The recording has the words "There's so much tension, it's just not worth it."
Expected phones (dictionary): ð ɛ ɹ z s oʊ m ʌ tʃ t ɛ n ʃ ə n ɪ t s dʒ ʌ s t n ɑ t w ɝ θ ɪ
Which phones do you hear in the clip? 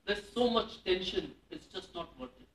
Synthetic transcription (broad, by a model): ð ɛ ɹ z s oʊ m ʌ tʃ t ɛ n ʃ ə n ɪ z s dʒ ʌ s t n ɑ t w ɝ t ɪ